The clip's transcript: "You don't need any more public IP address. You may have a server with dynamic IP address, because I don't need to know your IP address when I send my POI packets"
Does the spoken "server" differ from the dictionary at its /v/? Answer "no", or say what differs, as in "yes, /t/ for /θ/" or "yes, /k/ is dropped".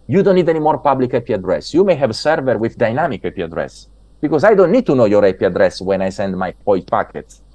no